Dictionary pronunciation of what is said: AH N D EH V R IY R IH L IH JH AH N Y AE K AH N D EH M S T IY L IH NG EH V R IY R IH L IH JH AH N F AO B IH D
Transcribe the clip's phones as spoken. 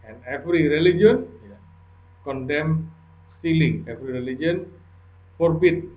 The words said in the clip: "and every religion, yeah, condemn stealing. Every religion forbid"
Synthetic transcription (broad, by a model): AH N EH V R IY R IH L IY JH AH N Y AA K AH N D EH M S T IY L IH NG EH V R IY R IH L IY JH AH N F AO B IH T